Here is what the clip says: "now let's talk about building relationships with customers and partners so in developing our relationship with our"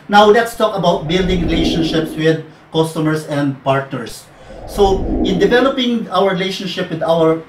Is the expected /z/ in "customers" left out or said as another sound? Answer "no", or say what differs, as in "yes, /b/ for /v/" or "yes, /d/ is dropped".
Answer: yes, /s/ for /z/